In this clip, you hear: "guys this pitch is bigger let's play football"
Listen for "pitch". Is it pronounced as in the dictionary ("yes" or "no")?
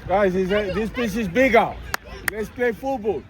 no